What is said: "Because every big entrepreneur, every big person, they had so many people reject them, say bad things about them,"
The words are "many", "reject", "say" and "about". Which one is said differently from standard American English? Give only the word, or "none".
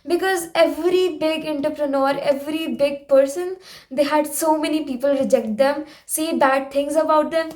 none